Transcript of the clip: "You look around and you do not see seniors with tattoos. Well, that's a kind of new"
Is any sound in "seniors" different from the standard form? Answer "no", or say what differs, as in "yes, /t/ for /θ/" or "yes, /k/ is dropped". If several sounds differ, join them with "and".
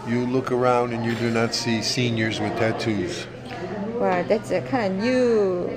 no